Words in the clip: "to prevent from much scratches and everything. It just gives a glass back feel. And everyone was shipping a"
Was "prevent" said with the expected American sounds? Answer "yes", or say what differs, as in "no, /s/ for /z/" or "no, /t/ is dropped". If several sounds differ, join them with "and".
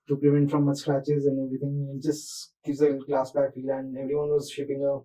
no, /l/ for /ɹ/